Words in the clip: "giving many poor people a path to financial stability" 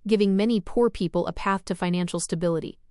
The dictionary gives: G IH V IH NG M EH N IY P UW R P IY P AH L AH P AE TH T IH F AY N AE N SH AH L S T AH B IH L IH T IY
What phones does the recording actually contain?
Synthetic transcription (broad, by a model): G IH V IH NG M EH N IY P UW R P IY P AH L AH P AE TH T IH F AY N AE N SH L S T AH B IH L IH T IY